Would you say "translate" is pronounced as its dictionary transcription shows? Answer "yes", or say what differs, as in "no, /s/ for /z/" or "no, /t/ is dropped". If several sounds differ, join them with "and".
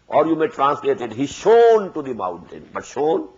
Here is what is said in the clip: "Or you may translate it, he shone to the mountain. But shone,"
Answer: yes